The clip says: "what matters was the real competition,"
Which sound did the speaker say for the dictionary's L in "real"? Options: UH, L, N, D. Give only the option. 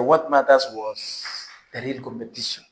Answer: L